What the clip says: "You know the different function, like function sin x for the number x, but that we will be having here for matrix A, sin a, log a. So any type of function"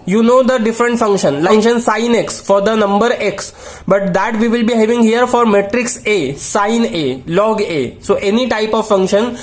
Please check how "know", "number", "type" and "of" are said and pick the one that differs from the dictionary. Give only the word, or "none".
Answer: none